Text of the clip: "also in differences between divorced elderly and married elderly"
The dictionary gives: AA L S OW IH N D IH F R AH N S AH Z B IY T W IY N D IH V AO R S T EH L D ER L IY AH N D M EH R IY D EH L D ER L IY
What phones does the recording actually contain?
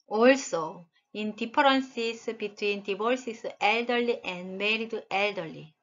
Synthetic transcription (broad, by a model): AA L S OW IH N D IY P R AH N S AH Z B IY T W IY N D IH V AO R S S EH L D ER L IY AH N D M EH R IY D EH L D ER L IY